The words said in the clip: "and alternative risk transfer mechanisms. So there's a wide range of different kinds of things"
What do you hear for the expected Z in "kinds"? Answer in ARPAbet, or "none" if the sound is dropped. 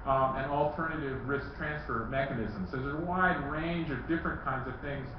Z